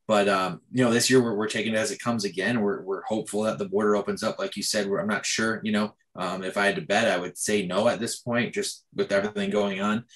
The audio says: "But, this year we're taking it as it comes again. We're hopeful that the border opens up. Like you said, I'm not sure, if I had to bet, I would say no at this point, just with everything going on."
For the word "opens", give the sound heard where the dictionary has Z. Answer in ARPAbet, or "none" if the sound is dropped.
Z